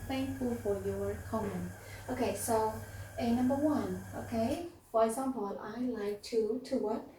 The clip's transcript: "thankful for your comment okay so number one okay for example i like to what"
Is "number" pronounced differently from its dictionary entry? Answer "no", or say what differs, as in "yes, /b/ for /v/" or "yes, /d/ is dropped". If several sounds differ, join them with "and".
no